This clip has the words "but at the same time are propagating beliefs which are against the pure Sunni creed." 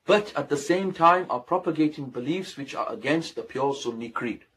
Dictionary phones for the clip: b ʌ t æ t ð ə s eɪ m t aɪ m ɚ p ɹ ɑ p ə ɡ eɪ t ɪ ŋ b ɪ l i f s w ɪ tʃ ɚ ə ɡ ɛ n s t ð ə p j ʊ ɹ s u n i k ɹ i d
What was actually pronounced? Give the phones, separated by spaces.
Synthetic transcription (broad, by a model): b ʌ t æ t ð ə s eɪ m t aɪ m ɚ p ɹ ɑ p ə ɡ eɪ t ɪ ŋ b ɪ l i f s w ɪ tʃ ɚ ə ɡ ɛ n s t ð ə p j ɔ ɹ s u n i k ɹ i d